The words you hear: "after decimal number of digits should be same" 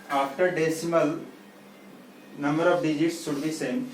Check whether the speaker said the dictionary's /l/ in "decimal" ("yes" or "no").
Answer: yes